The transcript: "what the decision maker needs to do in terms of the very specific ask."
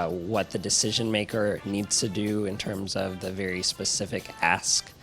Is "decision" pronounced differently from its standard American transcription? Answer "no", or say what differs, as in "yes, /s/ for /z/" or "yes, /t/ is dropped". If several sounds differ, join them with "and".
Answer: no